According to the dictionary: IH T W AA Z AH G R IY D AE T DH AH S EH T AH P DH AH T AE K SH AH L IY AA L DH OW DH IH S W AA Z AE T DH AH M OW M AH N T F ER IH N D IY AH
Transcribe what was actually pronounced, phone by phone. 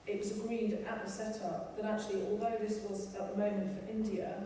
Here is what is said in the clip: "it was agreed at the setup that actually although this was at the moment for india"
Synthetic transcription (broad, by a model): IH T W AA Z AH G R IY D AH T DH AH S EH T AH P DH AH T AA K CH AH L IY AA L DH OW DH IH S W AA Z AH T DH AH M OW M AH N T F ER IH N D IY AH